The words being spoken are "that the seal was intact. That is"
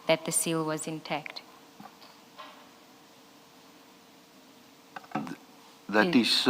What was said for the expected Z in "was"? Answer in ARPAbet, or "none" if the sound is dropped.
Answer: Z